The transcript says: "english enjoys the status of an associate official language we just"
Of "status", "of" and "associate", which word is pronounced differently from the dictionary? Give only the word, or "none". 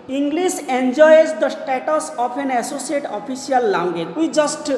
of